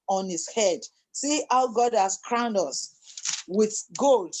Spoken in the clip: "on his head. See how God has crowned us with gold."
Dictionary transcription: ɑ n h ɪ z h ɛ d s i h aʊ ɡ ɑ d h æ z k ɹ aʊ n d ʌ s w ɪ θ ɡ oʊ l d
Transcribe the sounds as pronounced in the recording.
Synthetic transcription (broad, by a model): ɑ n h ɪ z h ɛ d s i h aʊ ɡ ɑ d h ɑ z k ɹ aʊ n d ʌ s w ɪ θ ɡ oʊ l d